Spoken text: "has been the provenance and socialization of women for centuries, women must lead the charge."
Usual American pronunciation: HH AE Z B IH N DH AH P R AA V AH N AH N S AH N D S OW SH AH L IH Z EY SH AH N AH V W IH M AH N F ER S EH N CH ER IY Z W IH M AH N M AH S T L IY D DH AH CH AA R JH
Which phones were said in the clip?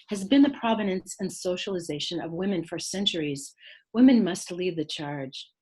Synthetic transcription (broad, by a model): HH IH Z B IH N DH AH P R AA V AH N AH N S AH N S OW SH AH L IH Z EY SH AH N AH V W IH M AH N F ER S EH N CH ER IY Z W IH M AH N M AH S T L IY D DH AH CH AA R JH